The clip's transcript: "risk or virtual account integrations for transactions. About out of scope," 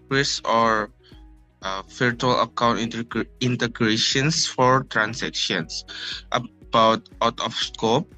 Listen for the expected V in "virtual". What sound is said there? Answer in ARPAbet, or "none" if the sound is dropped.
F